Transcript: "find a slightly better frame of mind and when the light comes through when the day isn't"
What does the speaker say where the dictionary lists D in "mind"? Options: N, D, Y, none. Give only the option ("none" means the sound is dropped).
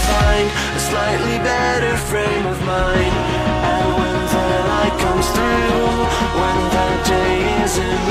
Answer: none